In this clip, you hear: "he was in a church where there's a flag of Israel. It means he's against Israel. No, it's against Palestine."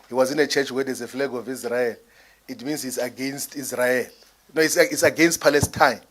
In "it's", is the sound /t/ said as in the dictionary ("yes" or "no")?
no